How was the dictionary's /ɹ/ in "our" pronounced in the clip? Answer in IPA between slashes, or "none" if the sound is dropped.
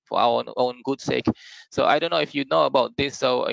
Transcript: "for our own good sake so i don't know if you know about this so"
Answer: /w/